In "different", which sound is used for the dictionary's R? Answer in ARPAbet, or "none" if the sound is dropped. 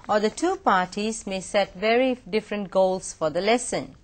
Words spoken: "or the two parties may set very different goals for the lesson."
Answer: R